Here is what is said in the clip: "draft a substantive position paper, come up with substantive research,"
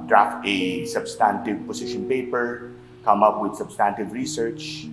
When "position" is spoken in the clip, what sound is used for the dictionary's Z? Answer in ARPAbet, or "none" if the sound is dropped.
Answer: S